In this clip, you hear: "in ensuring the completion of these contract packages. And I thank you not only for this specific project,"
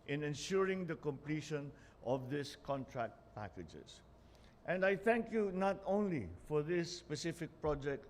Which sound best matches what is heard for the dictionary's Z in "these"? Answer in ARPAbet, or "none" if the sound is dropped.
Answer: S